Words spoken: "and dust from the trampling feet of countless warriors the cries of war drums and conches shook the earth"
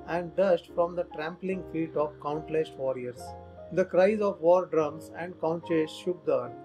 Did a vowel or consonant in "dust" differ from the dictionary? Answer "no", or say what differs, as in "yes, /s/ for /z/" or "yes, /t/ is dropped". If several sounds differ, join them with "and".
yes, /ʃ/ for /s/